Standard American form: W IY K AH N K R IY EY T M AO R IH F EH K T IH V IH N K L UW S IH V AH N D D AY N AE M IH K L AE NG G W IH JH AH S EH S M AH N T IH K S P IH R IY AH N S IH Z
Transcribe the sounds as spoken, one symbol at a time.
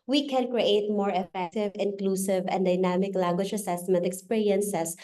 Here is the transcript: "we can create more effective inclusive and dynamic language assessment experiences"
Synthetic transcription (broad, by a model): W IY K AH N K R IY EY T M AO R IH F EH K T IH V IH N K L UW S IH V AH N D D AY N AE M IH K L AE NG G W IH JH AH S EH S M AH N T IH K S P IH R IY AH N S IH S